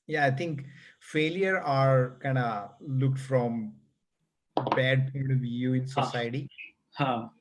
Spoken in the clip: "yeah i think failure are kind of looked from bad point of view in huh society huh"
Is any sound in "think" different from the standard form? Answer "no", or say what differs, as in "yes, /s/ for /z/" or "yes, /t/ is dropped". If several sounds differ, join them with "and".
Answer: yes, /t/ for /θ/